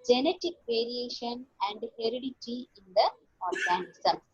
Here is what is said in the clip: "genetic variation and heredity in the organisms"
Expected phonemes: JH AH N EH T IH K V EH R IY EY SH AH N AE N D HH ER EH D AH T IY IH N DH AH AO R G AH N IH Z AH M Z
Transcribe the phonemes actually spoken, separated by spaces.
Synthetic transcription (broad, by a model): JH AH N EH T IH K V EH R IY EY SH AH N AE N D HH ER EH D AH T IY IH N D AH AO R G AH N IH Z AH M